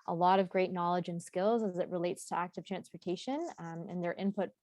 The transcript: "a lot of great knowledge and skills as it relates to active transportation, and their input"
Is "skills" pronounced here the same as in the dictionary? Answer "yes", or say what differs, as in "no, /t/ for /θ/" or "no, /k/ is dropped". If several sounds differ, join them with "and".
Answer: yes